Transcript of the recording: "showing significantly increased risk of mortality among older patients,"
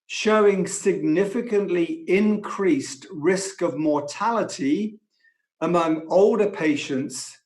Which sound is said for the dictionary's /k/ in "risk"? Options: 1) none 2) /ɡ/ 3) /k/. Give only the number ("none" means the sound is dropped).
3